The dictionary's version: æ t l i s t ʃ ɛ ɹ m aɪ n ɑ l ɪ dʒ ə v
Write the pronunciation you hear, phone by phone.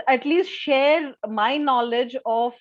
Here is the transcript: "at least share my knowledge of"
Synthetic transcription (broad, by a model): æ t l i s t ʃ ɛ ɹ m aɪ n ɑ l ɪ dʒ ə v